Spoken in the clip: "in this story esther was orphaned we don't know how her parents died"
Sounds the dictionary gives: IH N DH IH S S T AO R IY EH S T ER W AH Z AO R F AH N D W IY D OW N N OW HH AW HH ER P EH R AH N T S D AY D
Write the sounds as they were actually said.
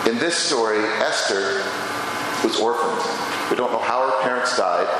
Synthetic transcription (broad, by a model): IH N DH IH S S T AO R IY EH S T ER W AH Z AO R F AH N D W IY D OW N N OW HH AW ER P EH R AH N T S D AY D